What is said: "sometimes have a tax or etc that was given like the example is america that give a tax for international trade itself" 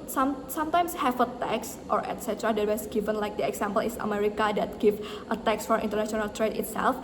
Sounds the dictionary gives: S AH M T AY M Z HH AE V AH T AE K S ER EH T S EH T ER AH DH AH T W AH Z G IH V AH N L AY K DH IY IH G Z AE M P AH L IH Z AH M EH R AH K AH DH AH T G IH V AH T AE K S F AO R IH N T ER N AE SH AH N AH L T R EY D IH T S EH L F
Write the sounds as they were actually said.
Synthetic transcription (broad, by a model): S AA M T AY M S HH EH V AH T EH K S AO EH T S EH T ER AH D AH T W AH S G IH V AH N L AY K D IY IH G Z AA M P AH L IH S AH M EH R AH K AH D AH T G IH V AH T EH K S F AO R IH N T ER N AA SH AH N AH L T R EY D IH T S EH L F